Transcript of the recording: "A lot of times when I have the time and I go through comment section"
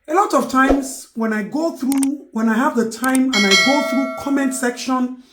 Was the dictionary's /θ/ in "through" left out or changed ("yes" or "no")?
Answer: no